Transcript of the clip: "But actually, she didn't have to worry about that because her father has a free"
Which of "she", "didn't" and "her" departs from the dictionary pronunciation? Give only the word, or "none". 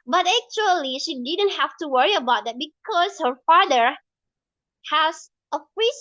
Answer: none